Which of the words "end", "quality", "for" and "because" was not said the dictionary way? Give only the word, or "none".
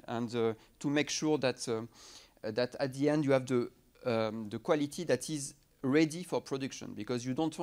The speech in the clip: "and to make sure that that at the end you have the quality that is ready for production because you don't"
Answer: none